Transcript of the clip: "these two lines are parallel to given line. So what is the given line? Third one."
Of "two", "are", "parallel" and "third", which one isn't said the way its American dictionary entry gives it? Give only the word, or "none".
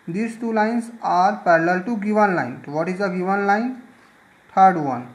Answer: third